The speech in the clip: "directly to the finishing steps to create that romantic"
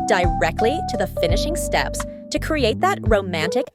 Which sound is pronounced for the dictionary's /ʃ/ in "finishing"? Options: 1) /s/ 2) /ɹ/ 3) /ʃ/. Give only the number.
3